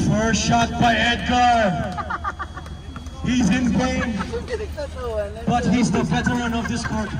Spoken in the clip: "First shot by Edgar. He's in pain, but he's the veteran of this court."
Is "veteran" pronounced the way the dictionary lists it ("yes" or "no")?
no